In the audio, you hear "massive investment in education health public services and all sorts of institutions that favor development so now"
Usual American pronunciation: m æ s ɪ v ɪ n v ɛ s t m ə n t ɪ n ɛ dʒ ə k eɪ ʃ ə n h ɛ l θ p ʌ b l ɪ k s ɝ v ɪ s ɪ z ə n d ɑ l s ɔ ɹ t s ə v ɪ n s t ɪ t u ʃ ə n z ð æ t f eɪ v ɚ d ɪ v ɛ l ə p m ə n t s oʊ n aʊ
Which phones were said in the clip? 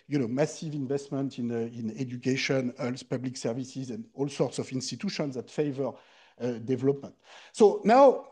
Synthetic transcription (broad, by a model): m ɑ s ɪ v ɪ n v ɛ s t m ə n t ɪ n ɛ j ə k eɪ ʃ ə n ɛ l s p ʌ b l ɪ k s ɝ v ɪ s ɪ z ə n d ɑ l s ɔ ɹ t s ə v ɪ n s t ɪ t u ʃ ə n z ð æ t f eɪ v ɚ d ɪ v ɛ l ə p m ə n t s oʊ n aʊ